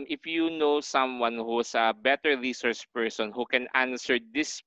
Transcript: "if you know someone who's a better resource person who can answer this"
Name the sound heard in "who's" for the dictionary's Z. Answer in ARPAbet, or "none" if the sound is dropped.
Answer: S